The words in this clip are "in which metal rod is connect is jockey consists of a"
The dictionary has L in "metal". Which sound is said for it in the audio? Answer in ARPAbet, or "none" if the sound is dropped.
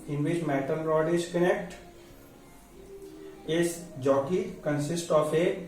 N